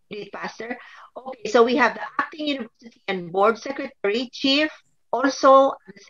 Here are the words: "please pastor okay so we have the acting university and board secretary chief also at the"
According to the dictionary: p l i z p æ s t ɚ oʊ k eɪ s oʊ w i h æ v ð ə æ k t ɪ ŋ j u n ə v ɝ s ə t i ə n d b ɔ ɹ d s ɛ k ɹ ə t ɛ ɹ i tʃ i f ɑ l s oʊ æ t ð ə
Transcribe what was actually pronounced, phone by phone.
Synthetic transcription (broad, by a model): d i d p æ s t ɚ oʊ k eɪ s oʊ w i h æ v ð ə æ k t ɪ ŋ j u n ə v ɝ s ə t i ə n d b ɔ ɹ d s ɛ k ɹ ə t ɛ ɹ i tʃ i f ɑ l s oʊ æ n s